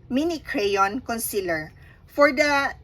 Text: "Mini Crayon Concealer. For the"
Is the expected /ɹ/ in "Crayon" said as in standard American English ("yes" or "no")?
yes